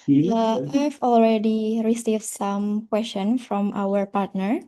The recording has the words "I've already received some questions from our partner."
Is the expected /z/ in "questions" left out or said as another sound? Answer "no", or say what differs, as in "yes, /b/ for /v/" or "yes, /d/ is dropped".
yes, /z/ is dropped